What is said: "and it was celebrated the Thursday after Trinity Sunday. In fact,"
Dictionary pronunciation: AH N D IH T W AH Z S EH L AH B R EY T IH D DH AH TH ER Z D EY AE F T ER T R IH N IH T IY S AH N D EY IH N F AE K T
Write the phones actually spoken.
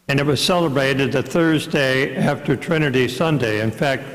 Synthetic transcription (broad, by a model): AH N IH T W AH Z S EH L AH B R EY T IH D DH AH TH ER Z D EY AE F T ER T R IH N IH T IY S AH N D EY IH N F AE K T